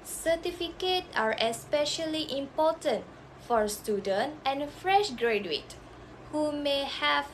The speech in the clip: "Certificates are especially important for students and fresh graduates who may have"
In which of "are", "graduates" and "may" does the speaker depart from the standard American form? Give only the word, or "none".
graduates